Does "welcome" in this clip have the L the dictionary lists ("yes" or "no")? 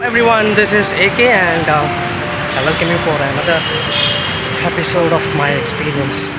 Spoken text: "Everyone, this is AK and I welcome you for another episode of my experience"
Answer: no